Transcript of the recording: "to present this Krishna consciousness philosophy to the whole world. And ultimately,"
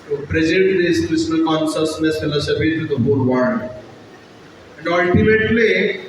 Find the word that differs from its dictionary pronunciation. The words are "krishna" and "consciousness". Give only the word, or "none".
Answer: krishna